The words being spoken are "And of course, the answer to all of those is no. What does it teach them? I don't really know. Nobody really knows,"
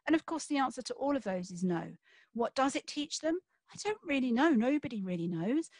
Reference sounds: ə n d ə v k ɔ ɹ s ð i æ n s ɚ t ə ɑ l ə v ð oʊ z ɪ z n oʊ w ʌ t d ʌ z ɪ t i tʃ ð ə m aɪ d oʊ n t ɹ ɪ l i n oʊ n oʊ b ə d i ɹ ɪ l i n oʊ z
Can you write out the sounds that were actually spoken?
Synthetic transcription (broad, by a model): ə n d ə v k ɔ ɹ s ð i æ n s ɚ t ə ɑ l ə v ð oʊ z ɪ z n oʊ w ʌ t d ʌ z ɪ t i tʃ ð ə m aɪ d oʊ n t ɹ ɪ l i n oʊ n oʊ b ə d i ɹ ɪ l i n oʊ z